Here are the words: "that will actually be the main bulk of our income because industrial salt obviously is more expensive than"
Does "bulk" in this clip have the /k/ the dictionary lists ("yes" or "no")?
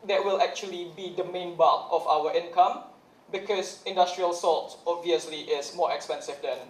no